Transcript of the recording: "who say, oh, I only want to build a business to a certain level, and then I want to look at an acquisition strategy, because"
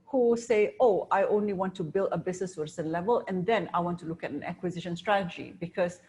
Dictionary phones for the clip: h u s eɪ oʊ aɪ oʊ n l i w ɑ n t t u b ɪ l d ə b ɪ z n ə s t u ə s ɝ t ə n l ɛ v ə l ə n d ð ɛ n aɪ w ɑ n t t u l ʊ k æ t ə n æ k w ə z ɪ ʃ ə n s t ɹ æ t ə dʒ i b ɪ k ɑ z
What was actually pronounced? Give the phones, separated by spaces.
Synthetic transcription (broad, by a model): h u s eɪ oʊ aɪ oʊ n l i w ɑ n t t u b ɪ l d ə b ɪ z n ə s t u ə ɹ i s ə n l ɛ v ə l ə n d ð ɛ n aɪ w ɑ n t t u l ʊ k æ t ə n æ k w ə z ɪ ʃ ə n s t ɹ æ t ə dʒ i b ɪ k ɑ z